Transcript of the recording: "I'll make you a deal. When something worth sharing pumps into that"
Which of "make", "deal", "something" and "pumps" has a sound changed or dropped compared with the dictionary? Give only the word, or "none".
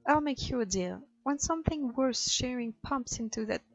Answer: none